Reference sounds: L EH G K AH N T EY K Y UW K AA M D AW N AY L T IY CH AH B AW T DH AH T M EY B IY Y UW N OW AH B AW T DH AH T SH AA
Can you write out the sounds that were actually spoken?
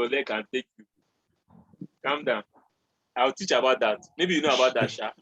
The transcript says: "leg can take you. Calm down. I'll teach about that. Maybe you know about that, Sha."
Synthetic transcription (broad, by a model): L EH K AH N T EY K Y UW K AA M D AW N AY W T IY CH AH B AW T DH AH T M EY B IY Y UW N OW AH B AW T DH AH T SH AA